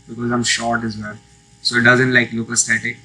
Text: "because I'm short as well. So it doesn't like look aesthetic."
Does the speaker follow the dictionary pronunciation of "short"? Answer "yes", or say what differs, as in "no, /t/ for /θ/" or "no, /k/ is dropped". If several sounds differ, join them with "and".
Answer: yes